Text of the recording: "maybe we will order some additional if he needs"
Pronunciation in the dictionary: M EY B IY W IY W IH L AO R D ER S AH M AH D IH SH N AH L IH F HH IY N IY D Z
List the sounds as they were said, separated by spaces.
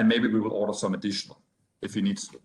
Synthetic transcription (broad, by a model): M EY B IY W IY W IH L AO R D ER S AH M AH D IH SH N AH L IH F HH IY N IY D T